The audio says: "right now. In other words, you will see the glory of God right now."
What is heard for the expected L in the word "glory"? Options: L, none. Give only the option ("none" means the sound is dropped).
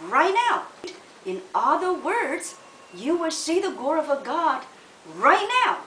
none